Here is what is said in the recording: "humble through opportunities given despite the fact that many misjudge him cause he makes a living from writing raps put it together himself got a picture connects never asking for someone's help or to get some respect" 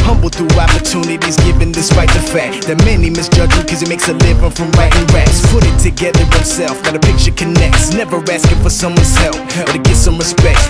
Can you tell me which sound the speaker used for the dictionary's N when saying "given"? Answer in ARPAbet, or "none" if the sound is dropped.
N